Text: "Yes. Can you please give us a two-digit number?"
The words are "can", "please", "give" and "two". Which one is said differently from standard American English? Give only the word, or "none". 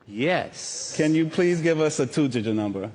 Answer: none